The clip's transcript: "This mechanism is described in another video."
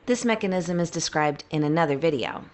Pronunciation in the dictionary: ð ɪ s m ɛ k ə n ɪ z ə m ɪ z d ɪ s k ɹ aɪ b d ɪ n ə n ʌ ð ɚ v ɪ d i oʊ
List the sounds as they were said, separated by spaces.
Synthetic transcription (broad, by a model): ð ɪ s m ɛ k ə n ɪ z ə m ɪ z d ɪ s k ɹ aɪ b d ɪ n ə n ʌ ð ɚ v ɪ d i oʊ